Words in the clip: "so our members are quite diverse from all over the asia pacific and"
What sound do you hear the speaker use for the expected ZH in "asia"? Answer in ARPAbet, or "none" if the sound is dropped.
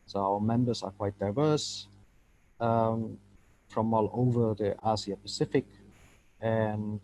S